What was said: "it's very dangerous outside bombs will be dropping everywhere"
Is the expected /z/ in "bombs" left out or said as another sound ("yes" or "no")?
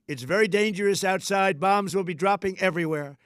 no